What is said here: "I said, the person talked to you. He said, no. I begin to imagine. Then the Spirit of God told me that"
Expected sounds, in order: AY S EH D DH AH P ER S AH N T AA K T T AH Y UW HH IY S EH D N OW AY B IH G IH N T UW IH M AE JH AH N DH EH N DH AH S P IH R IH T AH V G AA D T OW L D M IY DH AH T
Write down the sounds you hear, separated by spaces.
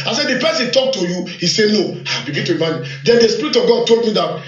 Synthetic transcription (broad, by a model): AY S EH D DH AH P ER S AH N T AA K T T AH Y UW HH IY S EH N OW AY B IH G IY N T UW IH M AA AH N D EH N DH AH S P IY R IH T AH V G AA D T OW L D M IY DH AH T